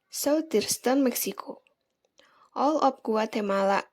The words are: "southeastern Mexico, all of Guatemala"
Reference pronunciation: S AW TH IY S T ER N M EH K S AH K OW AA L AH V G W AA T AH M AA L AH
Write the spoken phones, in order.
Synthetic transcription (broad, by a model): S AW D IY S T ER N M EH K S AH K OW AA L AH P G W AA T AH M AA L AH